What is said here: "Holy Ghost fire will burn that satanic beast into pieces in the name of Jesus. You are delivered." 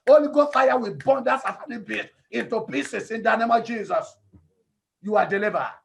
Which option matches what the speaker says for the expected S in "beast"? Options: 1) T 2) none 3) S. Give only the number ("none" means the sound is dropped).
2